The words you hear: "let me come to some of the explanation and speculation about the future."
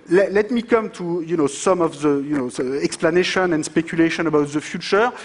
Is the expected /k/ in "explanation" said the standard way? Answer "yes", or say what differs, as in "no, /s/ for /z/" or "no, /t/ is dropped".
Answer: yes